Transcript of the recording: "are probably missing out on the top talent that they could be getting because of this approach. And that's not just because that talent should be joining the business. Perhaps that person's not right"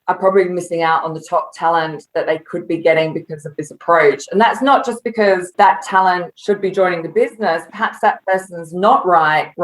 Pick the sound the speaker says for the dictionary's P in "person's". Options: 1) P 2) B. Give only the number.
1